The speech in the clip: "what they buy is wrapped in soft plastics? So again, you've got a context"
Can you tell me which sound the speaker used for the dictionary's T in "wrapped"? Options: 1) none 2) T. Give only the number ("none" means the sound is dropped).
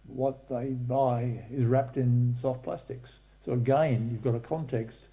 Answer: 2